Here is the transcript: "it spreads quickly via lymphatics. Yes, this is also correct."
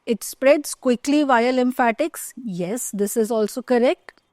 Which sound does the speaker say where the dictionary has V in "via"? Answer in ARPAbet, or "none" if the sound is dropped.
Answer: V